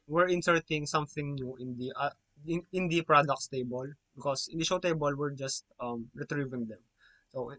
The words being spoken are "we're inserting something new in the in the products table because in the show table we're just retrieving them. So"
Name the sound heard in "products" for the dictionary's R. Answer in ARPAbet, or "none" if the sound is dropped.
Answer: R